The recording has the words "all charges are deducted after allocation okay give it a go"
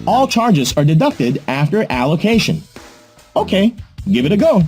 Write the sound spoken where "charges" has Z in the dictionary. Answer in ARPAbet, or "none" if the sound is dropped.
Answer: Z